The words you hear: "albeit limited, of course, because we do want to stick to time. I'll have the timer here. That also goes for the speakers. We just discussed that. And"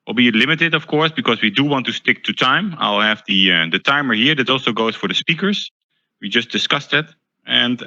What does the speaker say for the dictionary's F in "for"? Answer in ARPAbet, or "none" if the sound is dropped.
F